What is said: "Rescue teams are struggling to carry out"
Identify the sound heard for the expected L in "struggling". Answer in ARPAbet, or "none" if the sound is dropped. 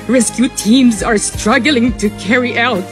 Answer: L